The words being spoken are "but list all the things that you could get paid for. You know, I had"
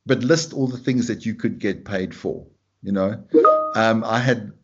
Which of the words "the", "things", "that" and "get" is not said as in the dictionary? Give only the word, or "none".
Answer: none